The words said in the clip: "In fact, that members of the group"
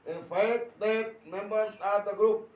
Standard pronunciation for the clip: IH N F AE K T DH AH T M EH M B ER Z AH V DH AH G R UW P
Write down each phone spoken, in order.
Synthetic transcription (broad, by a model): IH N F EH T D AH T M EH M B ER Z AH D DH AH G R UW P